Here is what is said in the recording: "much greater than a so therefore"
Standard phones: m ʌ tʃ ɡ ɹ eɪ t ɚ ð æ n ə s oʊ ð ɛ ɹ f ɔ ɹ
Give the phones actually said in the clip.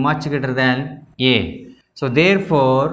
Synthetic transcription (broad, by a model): m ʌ tʃ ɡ eɪ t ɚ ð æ n ə s oʊ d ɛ ɹ f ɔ ɹ